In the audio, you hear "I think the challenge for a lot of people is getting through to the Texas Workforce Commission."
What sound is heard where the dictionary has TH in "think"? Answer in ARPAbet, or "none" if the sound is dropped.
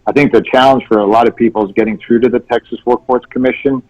TH